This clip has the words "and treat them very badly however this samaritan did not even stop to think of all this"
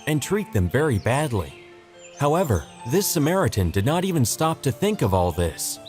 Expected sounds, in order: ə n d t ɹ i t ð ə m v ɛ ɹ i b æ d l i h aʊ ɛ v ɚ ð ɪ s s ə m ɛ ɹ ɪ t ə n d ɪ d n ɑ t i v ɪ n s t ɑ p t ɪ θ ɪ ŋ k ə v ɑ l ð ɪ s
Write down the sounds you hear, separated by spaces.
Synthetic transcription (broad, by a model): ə n t ɹ i t ð ə m v ɛ ɹ i b æ d l i h aʊ ɛ v ɚ ð ɪ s s ə m ɛ ɹ ɪ t ə n d ɪ d n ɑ t i v ɪ n s t ɑ p t ɪ θ ɪ ŋ k ə v ɑ l ð ɪ s